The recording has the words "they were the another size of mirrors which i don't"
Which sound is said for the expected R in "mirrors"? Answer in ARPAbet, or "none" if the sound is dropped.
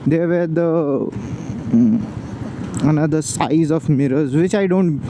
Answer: R